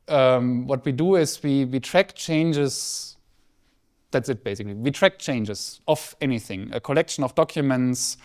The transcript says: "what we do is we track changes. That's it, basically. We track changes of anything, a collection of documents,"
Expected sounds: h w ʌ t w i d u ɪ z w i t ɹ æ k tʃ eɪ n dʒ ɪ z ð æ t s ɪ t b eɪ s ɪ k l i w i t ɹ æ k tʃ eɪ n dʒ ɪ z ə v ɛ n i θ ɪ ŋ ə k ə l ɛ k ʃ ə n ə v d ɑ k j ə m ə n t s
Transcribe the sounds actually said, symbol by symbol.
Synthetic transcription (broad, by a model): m w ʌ t w i d u ɪ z w i t ɹ æ k tʃ eɪ n dʒ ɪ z ð æ t s ɪ t b eɪ s ɪ k l i w i t ɹ æ k tʃ eɪ n dʒ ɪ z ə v ɛ n i θ ɪ ŋ ə k ə l ɛ k ʃ ə n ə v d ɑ k j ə m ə n t s